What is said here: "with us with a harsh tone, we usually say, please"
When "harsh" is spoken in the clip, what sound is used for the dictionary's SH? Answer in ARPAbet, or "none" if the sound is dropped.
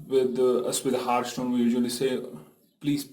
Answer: S